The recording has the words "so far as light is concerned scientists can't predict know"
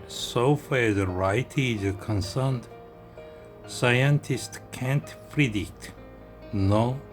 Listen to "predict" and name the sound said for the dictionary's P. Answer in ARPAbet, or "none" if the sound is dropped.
F